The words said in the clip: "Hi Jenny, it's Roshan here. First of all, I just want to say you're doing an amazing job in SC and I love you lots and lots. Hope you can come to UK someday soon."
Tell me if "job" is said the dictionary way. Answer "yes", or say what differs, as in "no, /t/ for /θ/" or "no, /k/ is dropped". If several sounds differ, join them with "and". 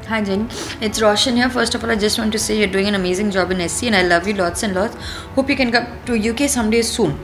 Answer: yes